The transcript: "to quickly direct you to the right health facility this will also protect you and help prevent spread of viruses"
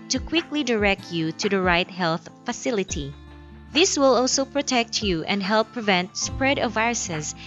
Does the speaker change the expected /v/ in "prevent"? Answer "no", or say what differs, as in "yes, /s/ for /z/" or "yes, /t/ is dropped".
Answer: no